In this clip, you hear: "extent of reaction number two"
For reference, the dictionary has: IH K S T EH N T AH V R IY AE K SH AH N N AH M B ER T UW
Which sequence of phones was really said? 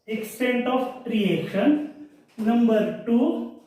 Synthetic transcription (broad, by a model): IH K S T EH N T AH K R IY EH SH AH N N AH M B ER T UW